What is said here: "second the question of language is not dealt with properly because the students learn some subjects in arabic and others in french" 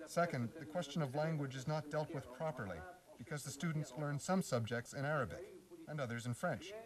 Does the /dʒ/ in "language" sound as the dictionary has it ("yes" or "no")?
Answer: yes